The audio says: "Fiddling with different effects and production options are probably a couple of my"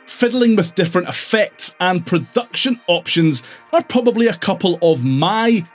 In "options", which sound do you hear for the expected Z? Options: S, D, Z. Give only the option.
Z